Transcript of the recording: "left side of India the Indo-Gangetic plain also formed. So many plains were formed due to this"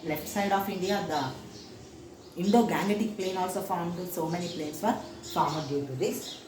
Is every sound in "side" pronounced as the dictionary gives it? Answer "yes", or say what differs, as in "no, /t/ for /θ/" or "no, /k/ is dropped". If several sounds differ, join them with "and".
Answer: yes